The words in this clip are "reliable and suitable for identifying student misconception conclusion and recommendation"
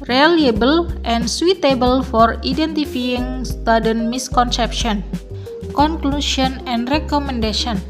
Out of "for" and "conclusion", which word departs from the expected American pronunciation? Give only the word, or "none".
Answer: conclusion